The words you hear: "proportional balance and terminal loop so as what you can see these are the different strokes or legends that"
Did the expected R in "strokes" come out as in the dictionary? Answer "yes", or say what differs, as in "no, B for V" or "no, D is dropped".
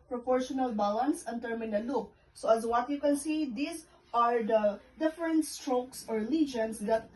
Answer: yes